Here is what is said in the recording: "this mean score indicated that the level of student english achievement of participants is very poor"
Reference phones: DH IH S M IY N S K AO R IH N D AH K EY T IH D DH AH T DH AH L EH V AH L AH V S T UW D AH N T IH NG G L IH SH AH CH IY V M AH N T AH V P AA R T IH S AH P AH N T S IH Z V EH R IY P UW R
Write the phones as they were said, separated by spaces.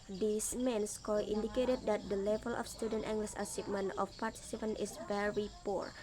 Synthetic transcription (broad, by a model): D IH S M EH N S K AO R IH N D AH K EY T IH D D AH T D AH L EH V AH L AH F S T UW D AH N T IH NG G L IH S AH S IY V M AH N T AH F P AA R T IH S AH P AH N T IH S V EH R IY P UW R